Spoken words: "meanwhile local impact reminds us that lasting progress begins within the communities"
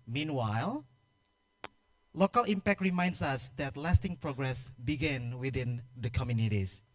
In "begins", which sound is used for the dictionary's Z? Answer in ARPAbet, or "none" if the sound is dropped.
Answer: none